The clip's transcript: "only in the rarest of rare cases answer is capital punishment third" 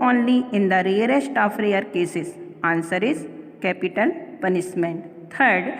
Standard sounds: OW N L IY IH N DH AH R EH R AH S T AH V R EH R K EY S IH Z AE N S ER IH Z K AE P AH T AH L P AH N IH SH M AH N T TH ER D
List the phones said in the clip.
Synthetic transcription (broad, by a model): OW N L IY IH N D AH R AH R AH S T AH F R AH R K EY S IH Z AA N S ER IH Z K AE P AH T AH L P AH N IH S M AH N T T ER D